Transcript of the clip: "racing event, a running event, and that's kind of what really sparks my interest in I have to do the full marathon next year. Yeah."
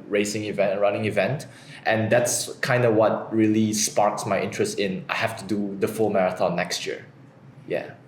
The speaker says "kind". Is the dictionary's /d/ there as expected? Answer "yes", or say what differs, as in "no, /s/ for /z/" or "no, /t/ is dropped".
yes